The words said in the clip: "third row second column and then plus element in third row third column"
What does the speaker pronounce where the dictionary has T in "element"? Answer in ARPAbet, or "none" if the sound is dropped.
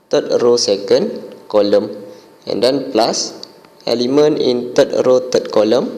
none